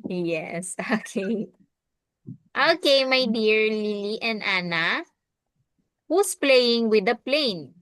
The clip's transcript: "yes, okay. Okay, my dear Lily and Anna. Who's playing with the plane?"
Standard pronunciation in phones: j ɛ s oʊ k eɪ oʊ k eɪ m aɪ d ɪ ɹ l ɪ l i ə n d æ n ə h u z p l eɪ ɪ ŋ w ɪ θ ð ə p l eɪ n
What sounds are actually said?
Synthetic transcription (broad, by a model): j ɛ s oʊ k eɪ oʊ k eɪ m aɪ d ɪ ɹ l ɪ l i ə n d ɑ n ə h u s p l eɪ ɪ ŋ w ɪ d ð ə p l eɪ n